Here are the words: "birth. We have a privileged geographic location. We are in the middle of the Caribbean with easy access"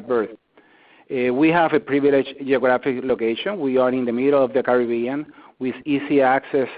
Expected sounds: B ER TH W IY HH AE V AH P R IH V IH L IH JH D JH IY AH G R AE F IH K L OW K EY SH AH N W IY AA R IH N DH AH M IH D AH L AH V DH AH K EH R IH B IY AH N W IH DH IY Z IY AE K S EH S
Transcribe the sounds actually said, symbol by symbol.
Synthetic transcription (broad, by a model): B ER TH W IY HH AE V AH P R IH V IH L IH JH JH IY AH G R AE F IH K L OW K EY SH AH N W IY AA R IH N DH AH M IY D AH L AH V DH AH K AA R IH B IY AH N W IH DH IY S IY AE K S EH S